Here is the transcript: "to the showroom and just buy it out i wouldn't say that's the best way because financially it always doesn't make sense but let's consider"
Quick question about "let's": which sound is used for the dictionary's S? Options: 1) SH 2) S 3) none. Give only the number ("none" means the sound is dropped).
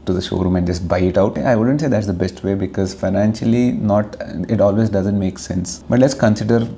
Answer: 2